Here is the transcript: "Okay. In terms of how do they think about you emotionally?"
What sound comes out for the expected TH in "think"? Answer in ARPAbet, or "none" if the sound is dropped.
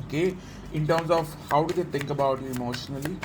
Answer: T